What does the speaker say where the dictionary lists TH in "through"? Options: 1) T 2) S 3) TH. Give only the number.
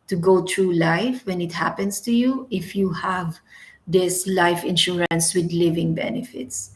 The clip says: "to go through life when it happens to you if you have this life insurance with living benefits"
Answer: 1